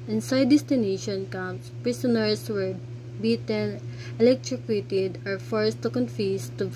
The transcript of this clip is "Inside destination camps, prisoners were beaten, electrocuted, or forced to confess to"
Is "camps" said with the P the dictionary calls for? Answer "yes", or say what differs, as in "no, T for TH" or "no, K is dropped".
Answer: no, P is dropped